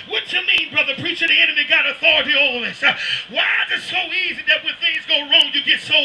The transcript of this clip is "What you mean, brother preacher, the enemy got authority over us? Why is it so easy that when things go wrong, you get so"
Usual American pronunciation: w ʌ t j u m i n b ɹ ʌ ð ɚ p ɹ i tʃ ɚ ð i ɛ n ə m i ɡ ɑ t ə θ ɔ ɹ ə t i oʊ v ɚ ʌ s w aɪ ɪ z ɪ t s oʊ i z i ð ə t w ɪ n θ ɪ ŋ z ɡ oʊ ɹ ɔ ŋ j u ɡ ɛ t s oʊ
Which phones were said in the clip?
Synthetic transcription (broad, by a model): w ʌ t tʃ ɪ m i n b ɹ ʌ ð ɚ p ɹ i tʃ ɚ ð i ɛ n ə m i ɡ ɑ t ə θ ɔ ɹ ə t i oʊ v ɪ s w aɪ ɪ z ɪ t s oʊ i z i ð ə t w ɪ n θ ɪ ŋ z ɡ oʊ ɹ ɔ ŋ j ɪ ɡ ɛ t s oʊ